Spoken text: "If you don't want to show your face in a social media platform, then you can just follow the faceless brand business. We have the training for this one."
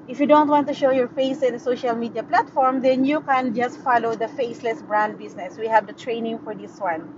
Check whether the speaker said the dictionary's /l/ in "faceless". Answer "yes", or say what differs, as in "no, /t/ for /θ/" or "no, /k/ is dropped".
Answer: yes